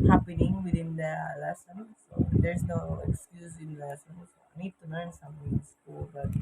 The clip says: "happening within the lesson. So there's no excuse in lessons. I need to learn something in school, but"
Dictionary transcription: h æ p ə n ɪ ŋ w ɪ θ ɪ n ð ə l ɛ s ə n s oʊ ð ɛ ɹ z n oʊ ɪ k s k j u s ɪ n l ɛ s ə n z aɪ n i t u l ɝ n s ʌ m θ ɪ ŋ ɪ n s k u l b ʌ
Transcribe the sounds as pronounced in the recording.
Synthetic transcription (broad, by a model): h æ p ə n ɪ ŋ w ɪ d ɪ n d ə l ɛ s ə n s oʊ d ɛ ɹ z n oʊ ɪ k s k j u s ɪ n l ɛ s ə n s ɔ n i t u n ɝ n s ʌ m t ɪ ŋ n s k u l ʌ